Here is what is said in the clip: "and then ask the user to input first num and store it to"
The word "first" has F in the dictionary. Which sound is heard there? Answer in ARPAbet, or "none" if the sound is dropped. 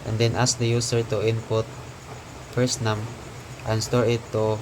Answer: P